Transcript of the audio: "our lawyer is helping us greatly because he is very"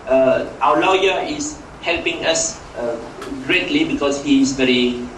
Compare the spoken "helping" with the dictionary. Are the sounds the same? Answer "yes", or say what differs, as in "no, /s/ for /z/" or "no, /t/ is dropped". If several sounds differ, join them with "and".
yes